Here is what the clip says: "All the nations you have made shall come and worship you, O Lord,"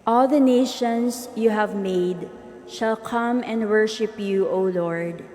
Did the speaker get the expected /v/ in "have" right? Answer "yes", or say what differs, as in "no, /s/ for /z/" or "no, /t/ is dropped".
yes